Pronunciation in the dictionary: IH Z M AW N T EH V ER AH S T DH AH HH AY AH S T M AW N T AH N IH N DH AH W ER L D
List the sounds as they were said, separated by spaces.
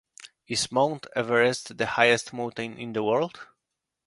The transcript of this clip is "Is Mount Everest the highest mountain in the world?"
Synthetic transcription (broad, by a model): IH S M AW N T EH V ER AH S T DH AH HH AY AH S T M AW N T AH N IH N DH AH W ER L D